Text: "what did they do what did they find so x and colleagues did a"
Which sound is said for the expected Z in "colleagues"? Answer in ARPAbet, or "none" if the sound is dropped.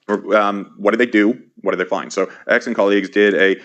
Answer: Z